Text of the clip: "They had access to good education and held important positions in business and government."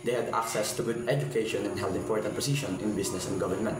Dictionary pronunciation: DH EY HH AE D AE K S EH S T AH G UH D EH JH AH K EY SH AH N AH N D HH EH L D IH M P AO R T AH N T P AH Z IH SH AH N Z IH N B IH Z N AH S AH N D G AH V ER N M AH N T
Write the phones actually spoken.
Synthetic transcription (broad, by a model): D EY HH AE D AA K S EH S T AH G UH D EH JH AH K EY SH AH N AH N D HH EH L D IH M P AO R T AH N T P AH S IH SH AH N IH N B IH S N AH S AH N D G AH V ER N M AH N T